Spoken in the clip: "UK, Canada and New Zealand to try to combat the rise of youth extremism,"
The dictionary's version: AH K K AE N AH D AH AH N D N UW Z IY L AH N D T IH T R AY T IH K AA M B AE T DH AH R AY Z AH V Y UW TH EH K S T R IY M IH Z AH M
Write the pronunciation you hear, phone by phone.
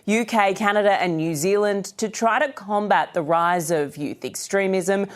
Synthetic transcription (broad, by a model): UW K K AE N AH D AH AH N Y UW Z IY L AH N T IH T R AY T IH K AA M B AE T DH AH R AY Z AH V Y UW TH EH K S T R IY M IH Z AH M